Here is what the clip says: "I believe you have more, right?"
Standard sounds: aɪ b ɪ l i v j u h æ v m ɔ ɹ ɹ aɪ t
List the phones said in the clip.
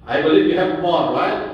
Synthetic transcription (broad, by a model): aɪ b ɪ l i v j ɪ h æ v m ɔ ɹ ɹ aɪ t